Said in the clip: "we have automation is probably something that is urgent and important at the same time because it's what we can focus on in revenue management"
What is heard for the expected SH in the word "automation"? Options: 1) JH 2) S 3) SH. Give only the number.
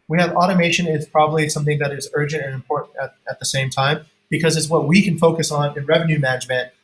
3